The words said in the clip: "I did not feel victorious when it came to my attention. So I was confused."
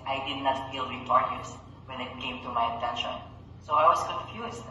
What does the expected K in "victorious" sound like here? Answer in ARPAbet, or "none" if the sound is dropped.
none